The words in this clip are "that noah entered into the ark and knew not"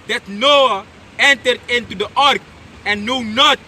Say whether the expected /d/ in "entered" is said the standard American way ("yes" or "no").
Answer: yes